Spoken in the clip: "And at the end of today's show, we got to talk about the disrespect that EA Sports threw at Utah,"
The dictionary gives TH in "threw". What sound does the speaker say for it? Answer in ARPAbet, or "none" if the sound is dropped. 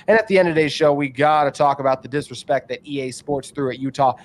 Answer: TH